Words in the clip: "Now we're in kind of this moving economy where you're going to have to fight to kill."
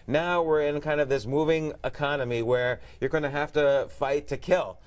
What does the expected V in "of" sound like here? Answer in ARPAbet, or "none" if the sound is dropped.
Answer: V